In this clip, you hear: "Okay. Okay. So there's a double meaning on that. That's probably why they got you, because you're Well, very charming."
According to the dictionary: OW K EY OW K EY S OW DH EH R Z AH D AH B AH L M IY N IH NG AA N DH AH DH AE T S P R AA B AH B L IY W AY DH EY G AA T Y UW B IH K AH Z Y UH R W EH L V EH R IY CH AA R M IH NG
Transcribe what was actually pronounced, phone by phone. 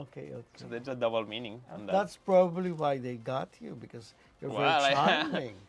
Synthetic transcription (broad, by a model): OW K EY OW K EY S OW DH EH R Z AH D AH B L M IY N IH NG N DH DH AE T S P R AA B AH B L IY W AY DH EY G AA T Y UW B IH K AH Z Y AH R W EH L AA IY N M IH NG